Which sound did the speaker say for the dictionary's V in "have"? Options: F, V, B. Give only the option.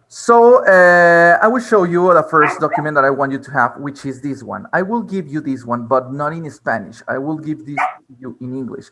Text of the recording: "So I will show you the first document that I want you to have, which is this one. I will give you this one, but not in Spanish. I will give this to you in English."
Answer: V